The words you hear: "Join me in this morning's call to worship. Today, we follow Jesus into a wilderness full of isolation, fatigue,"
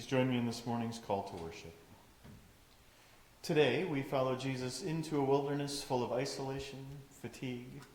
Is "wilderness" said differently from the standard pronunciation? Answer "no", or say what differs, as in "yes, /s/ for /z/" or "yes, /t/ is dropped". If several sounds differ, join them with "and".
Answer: no